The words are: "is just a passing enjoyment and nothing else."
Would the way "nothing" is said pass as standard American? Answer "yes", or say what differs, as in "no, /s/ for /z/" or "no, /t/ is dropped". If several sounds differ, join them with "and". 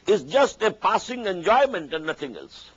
no, /t/ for /θ/